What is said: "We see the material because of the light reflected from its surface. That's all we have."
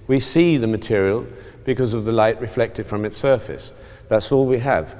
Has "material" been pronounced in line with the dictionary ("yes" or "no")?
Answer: yes